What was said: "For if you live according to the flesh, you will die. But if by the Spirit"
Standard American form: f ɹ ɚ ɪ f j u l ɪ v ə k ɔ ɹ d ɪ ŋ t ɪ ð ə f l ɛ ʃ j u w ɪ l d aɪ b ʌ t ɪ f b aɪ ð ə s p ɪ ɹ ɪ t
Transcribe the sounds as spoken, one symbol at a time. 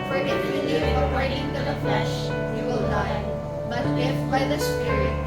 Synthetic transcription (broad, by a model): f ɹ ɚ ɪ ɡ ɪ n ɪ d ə ɔ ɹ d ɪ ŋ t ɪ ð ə f l ɛ ʃ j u w ɪ l d aɪ b ʌ t ɪ f b aɪ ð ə s p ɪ ɹ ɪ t